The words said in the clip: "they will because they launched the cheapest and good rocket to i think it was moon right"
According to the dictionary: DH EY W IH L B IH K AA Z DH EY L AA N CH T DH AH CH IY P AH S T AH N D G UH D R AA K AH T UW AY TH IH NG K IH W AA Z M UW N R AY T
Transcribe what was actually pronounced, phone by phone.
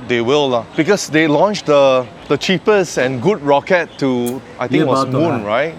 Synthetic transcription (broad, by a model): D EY W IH L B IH K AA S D EY L AA N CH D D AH CH IY P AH S AH N G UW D R AA K AH T UW AY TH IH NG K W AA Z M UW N R AY T